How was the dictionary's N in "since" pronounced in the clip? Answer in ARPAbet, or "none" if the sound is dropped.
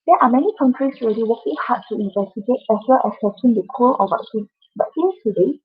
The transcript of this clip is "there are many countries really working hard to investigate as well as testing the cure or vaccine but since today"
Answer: none